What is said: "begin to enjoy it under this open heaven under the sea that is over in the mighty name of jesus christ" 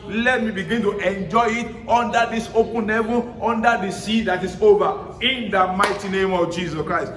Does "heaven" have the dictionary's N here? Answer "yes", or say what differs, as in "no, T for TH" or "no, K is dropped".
no, N is dropped